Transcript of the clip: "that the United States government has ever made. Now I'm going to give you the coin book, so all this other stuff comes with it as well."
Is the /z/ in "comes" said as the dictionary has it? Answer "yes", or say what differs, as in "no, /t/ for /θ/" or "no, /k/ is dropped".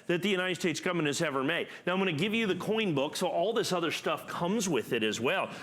yes